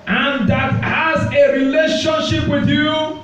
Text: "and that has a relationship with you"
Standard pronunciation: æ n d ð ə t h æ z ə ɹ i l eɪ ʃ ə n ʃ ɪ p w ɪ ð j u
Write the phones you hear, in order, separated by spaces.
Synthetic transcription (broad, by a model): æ n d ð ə t h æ z ə ɹ i l eɪ ʃ ə n ʃ ɪ p w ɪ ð j u